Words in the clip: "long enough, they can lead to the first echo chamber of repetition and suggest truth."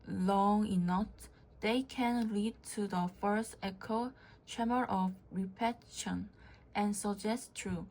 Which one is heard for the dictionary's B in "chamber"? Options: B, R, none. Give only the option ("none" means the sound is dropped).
none